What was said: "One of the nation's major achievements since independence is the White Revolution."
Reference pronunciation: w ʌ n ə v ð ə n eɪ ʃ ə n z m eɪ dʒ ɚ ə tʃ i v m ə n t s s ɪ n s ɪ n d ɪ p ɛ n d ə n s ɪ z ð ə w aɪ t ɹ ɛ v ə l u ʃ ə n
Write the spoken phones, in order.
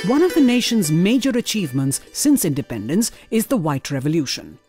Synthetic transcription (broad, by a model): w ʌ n ə v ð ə n eɪ ʃ ə n z m eɪ dʒ ɚ ə tʃ i v m ə n t s s ɪ n s ɪ n d ɪ p ɛ n d ə n s ɪ z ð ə w aɪ t ɹ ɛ v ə l u ʃ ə n